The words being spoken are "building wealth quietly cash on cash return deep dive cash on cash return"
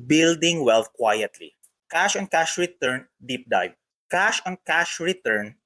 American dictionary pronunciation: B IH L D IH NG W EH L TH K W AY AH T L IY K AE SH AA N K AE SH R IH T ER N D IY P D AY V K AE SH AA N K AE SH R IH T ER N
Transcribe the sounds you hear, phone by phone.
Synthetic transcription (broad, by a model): B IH L D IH NG W EH L F K W AY AH T L IY K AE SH AA N K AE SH R IH T ER N D IY P D AY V K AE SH AA N K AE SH R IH T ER N